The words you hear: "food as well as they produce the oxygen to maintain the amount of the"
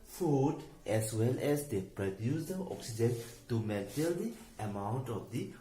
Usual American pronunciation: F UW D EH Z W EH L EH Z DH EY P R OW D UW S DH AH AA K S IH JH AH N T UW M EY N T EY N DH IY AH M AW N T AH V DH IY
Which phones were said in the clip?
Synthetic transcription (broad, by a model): F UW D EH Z W EH L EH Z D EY P R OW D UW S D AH AA K S IH JH AH N T UW M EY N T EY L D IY AH M AW N T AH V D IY